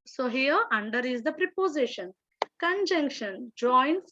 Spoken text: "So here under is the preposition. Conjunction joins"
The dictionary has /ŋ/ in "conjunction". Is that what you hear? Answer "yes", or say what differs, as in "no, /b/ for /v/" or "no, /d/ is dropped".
yes